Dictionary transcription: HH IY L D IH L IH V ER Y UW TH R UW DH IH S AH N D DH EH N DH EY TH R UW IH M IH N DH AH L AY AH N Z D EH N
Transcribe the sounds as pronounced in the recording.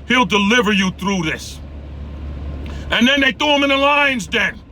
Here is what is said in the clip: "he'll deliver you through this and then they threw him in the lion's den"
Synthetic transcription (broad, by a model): HH IY L D IH L IH V ER Y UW TH R UW DH IH S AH N DH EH N DH EY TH UW IH M IH N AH L AY AH N Z D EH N